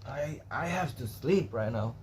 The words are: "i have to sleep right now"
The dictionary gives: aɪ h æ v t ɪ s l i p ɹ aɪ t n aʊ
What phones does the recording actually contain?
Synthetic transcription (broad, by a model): aɪ h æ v t ɪ s l i p ɹ aɪ t n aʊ